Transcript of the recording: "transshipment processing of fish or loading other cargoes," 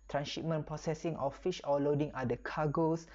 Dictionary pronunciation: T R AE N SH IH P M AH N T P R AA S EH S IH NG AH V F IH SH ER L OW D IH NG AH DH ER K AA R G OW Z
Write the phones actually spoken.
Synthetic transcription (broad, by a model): T R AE N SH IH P M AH N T P R AA S EH S IH NG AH F F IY SH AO L OW D IH NG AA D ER K AA G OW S